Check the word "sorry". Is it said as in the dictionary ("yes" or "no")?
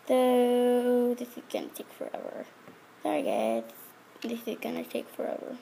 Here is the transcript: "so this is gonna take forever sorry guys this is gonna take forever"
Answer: no